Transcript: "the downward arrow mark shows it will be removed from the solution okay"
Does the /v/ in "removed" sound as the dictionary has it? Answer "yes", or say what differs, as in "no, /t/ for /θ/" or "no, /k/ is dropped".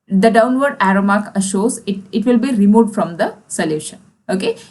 no, /v/ is dropped